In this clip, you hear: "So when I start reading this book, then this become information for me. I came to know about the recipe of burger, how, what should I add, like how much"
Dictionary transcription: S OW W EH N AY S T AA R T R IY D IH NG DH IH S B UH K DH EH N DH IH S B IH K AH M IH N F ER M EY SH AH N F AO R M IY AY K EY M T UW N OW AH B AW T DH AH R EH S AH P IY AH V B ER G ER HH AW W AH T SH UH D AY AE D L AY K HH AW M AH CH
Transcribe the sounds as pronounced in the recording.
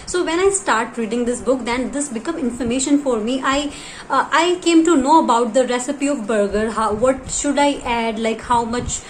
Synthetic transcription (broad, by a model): S OW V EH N AY S T AA R T R IY D IH NG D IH S B UH K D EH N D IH S B IH K AH M IH N F ER M EY SH AH N F AO R M IY AY K EY M T UW N OW AH B AW T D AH R EH S AH P IY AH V B ER G ER HH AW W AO T SH UH D AY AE D L AY K HH AW M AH CH